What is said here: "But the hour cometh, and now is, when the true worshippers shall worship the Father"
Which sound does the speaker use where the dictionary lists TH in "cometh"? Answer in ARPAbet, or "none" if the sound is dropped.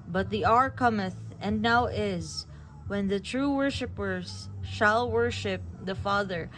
TH